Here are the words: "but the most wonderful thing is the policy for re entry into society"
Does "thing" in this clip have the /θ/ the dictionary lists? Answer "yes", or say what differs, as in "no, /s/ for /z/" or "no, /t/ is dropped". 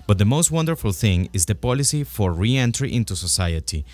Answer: yes